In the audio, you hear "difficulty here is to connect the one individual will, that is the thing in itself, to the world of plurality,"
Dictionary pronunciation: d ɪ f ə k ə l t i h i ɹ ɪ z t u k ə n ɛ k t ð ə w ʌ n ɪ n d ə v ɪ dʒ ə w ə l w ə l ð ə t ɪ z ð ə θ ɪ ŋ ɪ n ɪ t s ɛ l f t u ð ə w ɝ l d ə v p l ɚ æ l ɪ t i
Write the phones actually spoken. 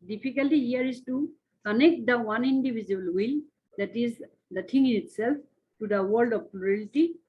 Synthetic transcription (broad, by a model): d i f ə k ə l t i h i ɹ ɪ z t u k ə n ɛ k t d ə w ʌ n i n d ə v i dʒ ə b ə l w ə l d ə t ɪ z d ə t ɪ ŋ ɪ n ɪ t s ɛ l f t u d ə w ɝ l d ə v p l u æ l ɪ t i